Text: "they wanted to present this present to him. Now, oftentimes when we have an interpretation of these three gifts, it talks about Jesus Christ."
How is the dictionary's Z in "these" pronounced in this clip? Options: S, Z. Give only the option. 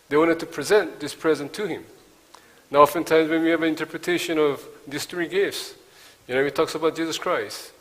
S